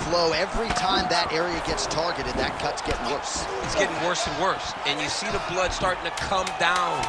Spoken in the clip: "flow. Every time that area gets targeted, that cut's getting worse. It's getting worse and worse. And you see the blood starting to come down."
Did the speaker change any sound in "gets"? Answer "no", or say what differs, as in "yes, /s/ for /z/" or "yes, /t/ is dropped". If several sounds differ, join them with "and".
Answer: no